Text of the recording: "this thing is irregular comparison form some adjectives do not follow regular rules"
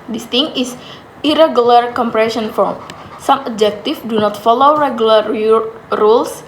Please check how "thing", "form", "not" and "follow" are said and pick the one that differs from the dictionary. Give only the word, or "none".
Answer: thing